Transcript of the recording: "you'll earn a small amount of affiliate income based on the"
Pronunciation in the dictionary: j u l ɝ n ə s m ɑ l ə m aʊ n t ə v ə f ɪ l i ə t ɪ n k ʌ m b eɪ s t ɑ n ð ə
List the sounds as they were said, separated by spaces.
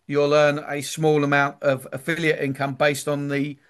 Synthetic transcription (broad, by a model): j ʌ l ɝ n ə s m ɑ l ə m aʊ n t ə v ə f ɪ l i ə t ɪ n k ʌ m b eɪ s t n ð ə